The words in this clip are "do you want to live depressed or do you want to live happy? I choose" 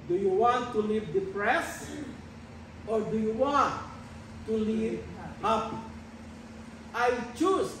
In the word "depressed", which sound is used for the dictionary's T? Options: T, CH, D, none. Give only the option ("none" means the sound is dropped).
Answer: none